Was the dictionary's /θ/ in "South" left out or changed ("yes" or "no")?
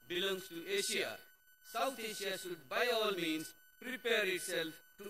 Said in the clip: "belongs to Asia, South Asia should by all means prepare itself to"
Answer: yes